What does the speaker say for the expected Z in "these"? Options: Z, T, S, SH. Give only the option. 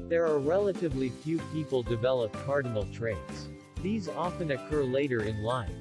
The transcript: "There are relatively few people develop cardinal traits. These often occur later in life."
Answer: Z